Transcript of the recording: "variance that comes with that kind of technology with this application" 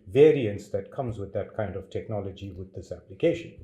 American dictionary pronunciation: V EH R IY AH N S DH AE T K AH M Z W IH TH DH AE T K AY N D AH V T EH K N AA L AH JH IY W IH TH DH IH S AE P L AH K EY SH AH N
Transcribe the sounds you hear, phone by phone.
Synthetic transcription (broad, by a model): V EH R IY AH N S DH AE T K AH M Z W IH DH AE T K AY N D AH V T EH K N AA L AH JH IY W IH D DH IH S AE P L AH K EY SH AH N